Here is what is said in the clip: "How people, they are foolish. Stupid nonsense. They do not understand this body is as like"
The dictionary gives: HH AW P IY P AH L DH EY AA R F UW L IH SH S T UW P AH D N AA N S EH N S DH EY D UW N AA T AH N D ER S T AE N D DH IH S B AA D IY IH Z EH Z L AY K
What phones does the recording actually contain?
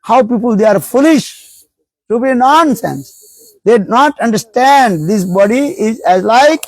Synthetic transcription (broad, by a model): HH AW P IY P AH L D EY AA R F UW L IH SH T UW B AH N AA N S EH N S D EY D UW N AA T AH N D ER S T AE N D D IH S B AA D IY IH Z EH Z L AY K